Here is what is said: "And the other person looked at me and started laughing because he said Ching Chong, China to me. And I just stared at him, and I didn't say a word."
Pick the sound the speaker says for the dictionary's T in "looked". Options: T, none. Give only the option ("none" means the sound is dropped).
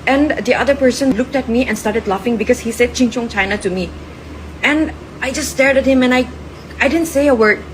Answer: T